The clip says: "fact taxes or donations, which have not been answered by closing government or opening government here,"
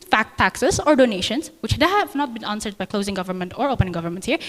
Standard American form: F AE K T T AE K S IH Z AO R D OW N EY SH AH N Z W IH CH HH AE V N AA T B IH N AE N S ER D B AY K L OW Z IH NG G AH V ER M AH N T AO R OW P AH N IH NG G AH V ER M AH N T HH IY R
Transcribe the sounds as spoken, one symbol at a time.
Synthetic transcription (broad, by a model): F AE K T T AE K S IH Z AO R D OW N EY SH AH N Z W IH CH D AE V N AA T B IH N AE N S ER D B AY K L OW Z IH NG G AH V ER M AH N T AO R OW P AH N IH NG G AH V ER M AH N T HH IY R